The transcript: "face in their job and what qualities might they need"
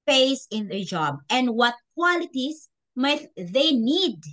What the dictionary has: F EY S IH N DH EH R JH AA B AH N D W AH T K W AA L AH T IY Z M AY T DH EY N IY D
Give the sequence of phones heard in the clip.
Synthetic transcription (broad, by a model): EY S IH N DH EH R JH AA B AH N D W AH T K W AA L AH T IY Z M AY T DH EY N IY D